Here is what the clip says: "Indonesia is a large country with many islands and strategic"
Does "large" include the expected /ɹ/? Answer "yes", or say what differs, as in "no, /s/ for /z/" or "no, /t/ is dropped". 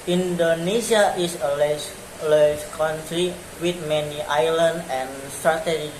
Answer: no, /l/ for /ɹ/